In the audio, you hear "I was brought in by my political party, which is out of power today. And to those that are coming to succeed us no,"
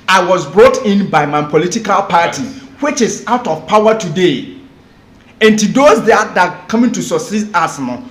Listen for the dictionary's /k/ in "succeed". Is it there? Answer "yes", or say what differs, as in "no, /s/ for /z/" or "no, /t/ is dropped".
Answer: no, /k/ is dropped